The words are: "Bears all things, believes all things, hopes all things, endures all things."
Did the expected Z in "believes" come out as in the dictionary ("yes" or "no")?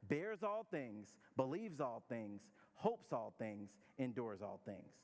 yes